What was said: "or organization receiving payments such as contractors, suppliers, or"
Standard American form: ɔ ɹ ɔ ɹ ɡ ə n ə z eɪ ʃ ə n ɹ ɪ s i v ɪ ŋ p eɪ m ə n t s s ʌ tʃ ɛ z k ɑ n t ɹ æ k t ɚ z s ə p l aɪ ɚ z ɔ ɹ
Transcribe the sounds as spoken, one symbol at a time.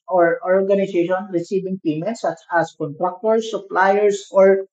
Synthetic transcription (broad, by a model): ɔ ɹ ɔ ɹ ɡ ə n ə s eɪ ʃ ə n ɹ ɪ s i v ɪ ŋ p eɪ m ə n t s s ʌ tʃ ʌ s k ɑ n t ɹ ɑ k t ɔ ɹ s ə p l aɪ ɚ s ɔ ɹ